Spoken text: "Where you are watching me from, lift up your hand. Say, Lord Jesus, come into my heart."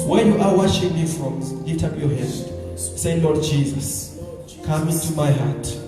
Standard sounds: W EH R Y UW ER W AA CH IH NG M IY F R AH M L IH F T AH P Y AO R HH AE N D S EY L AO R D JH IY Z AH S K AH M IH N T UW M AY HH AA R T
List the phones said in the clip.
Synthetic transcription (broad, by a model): W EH Y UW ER W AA SH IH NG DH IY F R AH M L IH T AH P Y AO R HH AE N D S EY L AO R D JH IY Z AH S K AH M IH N T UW M AY HH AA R T